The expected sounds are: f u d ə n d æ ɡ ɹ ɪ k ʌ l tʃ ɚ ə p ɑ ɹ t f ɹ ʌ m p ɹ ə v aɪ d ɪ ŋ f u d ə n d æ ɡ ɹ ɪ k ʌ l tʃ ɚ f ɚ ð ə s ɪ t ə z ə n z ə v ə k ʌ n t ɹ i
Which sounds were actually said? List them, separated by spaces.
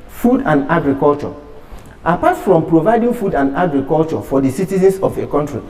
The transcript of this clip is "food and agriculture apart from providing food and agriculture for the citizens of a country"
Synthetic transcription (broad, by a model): f u d ə n d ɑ ɡ ɹ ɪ k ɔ l tʃ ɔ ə p ɑ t f ɹ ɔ m p ɹ ə v aɪ d ɪ ŋ f u d ə n d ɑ ɡ ɹ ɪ k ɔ l tʃ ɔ f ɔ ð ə s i t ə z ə n s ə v ə k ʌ n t ɹ i